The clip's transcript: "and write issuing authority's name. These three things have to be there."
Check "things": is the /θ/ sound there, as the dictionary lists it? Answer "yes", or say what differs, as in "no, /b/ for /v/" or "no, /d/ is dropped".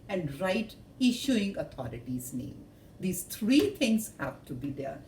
no, /t/ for /θ/